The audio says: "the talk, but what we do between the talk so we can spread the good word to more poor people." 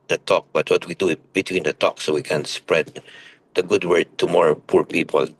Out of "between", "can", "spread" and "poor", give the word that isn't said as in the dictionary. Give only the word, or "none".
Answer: none